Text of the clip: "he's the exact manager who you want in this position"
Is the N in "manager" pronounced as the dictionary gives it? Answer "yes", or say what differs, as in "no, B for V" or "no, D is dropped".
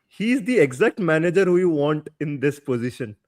yes